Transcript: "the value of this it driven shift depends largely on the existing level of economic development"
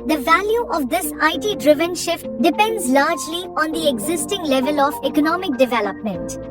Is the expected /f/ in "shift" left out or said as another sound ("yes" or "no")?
no